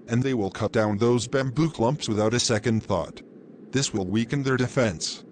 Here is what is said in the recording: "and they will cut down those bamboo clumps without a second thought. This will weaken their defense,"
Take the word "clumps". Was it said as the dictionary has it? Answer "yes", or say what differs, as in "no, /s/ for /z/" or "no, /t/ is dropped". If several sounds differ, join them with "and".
yes